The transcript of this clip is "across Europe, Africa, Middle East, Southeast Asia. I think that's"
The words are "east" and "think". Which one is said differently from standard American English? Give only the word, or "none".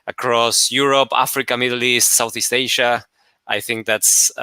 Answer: none